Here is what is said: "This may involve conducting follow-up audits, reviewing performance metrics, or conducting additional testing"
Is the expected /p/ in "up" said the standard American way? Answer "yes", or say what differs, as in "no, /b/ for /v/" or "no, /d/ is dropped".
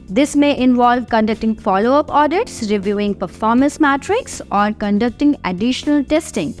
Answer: yes